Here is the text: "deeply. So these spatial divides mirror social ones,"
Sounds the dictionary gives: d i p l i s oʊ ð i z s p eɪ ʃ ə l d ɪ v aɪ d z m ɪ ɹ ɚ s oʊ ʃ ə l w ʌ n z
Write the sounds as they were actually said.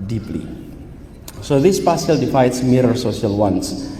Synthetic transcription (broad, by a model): d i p l i s oʊ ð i s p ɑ s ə l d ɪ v aɪ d s m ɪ ɹ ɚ s oʊ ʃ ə l w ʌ n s